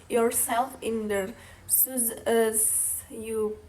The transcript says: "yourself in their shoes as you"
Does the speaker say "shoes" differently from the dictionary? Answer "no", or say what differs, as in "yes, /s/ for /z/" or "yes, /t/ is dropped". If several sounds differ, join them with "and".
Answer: yes, /s/ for /ʃ/